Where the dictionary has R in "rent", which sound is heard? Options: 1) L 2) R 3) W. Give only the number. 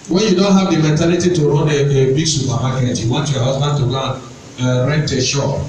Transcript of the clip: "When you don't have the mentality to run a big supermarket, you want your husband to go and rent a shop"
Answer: 2